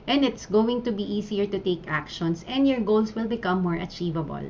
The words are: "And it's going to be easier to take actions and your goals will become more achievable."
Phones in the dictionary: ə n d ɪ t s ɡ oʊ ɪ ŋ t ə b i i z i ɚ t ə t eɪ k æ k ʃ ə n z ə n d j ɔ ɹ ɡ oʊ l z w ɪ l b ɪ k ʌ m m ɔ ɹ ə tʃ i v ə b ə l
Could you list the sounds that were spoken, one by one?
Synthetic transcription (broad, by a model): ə n d ɪ t s ɡ oʊ ɪ ŋ t ə b i i s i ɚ t ə t eɪ k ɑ k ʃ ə n s ə n d j ɔ ɹ ɡ oʊ l s w ɪ l b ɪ k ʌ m m ɔ ɹ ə tʃ i v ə b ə l